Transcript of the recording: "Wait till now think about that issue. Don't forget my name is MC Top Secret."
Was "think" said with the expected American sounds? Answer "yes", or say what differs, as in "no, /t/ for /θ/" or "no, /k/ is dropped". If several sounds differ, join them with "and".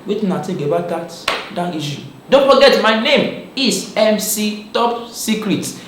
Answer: no, /t/ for /θ/